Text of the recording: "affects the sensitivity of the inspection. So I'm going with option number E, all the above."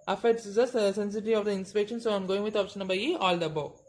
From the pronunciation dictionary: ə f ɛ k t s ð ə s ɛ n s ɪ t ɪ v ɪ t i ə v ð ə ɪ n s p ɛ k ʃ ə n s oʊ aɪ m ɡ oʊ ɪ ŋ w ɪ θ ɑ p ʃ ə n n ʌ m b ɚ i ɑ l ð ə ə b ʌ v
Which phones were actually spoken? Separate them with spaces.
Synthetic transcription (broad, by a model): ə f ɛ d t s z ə s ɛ n s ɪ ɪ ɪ t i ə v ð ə ɪ n s p ɛ k ʃ ə n s oʊ aɪ m ɡ oʊ ɪ ŋ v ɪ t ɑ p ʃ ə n n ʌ b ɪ i ɑ l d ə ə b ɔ